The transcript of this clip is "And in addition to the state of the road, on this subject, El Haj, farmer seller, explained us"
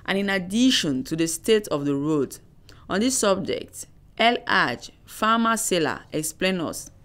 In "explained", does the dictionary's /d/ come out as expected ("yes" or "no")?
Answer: no